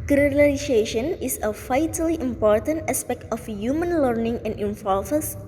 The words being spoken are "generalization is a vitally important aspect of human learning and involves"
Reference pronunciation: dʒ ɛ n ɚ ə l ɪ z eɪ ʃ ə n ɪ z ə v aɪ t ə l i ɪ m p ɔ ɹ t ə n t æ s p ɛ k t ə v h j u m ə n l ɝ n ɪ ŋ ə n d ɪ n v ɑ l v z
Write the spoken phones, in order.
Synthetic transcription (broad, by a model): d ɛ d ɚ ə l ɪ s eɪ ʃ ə n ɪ s ə f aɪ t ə l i ɪ m p ɔ ɹ t ə n t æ s p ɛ k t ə f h j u m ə n l ɝ n ɪ ŋ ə n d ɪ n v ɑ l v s